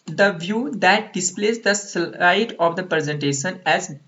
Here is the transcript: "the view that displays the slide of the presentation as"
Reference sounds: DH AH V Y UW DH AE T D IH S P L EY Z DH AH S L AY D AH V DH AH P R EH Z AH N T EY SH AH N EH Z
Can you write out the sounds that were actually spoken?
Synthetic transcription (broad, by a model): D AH V Y UW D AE T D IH S P L EY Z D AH S AY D AH V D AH P R EH Z AH N T EY SH AH N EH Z